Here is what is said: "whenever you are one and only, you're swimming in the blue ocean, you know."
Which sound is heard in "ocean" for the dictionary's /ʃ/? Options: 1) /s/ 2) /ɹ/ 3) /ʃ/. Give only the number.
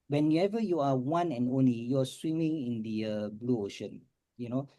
3